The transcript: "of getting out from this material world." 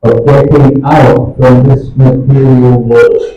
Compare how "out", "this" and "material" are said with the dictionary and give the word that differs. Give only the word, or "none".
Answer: none